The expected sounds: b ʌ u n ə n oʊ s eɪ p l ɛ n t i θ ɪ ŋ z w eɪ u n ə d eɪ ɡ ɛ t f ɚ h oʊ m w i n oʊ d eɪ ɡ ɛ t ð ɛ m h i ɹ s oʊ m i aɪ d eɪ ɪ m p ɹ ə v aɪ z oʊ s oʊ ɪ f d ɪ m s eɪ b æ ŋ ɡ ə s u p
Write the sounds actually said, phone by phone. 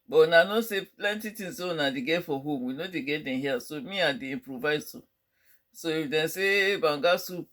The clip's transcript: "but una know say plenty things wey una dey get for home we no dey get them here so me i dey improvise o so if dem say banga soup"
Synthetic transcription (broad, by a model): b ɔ n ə n oʊ s eɪ p l ɛ n t i t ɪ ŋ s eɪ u n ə d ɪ ɡ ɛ f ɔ h oʊ m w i n oʊ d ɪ ɡ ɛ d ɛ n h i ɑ s oʊ m i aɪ d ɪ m p ɹ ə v aɪ s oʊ s oʊ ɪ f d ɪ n s eɪ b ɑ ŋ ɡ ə s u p